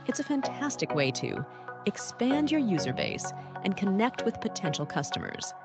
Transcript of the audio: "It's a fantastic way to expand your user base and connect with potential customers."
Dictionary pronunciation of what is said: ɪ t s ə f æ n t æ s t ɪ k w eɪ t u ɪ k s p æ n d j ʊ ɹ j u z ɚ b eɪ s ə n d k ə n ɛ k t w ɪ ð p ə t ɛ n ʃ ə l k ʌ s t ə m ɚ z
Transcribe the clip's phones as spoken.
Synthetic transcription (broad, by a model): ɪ t s ə f æ n t æ s t ɪ k w eɪ t u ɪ k s p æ n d j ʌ ɹ j u z ɚ b eɪ s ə n k ə n ɛ k t w ɪ ð p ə t ɛ n ʃ l k ʌ s t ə m ɚ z